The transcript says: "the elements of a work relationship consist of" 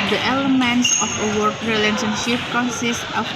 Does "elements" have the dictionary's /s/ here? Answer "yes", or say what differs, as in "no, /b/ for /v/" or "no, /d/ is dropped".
yes